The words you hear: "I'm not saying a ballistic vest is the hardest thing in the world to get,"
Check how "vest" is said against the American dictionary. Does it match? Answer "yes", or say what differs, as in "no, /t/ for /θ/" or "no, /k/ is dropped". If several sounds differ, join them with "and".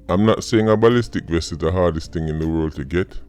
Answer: no, /t/ is dropped